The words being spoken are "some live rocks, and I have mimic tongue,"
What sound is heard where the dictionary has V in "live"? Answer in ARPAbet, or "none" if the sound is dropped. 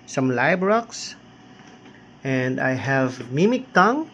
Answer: B